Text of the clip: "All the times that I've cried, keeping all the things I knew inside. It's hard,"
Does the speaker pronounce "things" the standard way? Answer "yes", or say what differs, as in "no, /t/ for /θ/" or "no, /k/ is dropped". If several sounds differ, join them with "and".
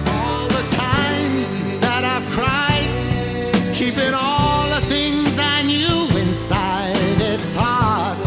yes